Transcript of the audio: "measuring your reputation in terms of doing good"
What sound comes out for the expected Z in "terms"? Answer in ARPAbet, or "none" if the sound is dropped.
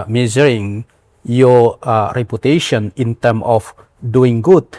none